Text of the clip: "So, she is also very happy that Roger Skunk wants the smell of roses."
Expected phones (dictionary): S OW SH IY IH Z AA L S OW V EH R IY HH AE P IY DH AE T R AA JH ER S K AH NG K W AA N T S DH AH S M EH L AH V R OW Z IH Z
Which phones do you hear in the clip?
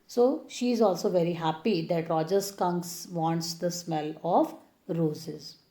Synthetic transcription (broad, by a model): S OW SH IY IH Z AA L S OW V EH R IY HH AE P IY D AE T R AA JH ER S K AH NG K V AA N T S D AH S M EH L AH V R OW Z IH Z